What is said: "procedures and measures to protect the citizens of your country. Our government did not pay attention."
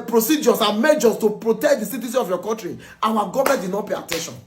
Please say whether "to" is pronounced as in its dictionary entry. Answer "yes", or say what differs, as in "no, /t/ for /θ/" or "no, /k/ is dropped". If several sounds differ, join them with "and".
yes